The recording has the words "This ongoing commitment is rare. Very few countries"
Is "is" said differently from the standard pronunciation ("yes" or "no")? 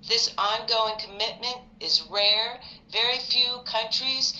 no